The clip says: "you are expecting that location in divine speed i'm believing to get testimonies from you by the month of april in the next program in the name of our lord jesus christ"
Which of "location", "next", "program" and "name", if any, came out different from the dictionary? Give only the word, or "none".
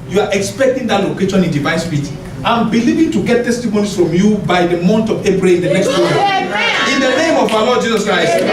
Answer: program